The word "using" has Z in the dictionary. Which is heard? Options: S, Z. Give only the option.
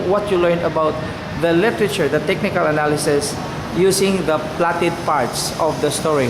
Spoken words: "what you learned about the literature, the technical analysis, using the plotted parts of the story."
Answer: S